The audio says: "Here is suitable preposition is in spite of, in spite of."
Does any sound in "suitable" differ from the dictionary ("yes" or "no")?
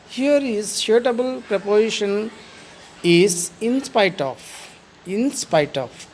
yes